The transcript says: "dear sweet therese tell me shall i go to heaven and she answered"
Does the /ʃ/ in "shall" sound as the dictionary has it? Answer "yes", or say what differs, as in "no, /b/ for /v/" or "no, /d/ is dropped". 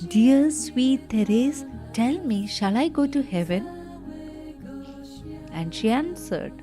yes